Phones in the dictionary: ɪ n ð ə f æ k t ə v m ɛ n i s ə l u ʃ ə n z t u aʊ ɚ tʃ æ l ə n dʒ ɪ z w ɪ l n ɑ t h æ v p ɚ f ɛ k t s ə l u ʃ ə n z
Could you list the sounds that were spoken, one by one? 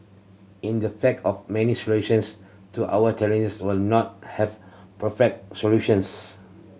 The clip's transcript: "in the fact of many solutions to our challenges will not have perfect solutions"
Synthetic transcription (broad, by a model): ɪ n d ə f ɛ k ə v m ɛ n i s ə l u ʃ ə n s t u aʊ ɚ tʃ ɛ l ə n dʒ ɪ s w ɪ l n ɑ t h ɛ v p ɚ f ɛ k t s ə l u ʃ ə n s